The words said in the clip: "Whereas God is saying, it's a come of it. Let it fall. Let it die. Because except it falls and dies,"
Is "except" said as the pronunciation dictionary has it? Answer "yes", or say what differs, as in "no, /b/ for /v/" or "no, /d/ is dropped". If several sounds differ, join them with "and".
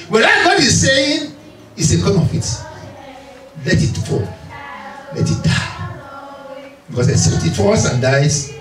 no, /k/ is dropped and /p/ is dropped